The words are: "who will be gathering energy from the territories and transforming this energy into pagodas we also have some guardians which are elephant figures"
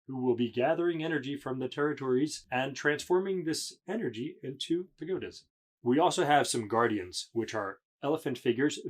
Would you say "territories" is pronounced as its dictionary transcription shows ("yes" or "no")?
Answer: yes